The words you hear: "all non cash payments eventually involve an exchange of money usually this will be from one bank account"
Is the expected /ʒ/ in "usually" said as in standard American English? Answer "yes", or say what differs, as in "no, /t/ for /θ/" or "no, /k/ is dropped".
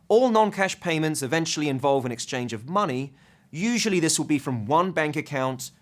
yes